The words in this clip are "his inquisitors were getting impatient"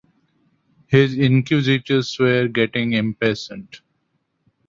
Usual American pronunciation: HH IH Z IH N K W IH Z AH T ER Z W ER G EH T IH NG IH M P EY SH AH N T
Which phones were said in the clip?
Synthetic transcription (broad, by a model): HH IH Z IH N K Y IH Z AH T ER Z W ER G EH T IH NG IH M P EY S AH N T